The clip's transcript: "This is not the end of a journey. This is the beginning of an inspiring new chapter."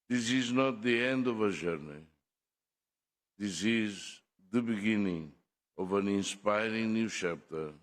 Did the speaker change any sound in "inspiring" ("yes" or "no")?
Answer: no